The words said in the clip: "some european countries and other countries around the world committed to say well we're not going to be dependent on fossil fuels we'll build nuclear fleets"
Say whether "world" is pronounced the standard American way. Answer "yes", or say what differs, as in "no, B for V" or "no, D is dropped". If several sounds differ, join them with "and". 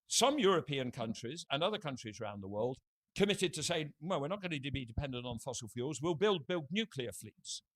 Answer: yes